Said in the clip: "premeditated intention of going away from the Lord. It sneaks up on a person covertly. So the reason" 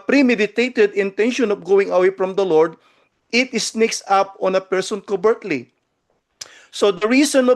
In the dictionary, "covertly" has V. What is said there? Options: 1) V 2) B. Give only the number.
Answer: 2